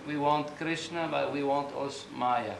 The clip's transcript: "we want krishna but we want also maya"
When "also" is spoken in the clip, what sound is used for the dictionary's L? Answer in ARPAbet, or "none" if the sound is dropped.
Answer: none